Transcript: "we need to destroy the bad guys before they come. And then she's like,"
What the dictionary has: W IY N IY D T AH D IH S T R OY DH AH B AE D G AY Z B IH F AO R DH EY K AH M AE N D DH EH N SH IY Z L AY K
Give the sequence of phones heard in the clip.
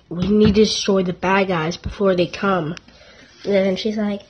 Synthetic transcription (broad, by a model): W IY N IY D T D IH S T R OY DH AH B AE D G AY Z B IH F AO R DH EY K AH M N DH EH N SH IY Z L AY K